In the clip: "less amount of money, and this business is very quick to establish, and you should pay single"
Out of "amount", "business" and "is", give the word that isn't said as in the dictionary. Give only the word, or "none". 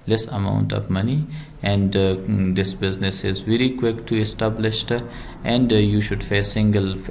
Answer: none